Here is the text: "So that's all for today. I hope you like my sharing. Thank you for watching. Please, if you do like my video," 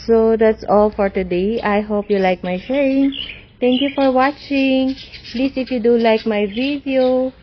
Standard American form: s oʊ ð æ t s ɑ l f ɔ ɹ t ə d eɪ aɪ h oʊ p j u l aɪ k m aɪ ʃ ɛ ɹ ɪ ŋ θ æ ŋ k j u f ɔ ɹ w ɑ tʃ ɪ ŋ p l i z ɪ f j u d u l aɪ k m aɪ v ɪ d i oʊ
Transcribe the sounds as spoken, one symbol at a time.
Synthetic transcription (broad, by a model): s oʊ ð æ t s ɑ l f ɔ ɹ t ə d eɪ aɪ h oʊ p j u l aɪ k m aɪ ʃ ɛ ɹ ɪ ŋ t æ ŋ k j u f ɔ ɹ w ɑ tʃ ɪ ŋ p l i s ɪ f j u d u l aɪ k m aɪ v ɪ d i oʊ